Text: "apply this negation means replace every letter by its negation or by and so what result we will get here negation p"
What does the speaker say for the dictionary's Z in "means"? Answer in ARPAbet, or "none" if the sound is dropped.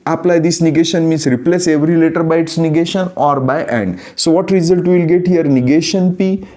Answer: S